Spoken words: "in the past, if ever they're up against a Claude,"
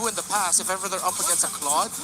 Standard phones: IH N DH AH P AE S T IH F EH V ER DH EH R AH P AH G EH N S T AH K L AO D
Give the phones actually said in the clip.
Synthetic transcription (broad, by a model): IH N DH AH P AE S T IH F EH V ER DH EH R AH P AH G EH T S AH K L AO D